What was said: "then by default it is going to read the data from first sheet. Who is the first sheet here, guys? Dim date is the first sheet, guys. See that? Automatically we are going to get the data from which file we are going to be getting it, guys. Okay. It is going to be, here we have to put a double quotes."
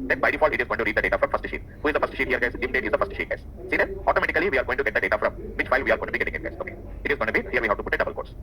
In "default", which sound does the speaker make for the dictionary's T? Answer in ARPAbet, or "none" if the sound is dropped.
none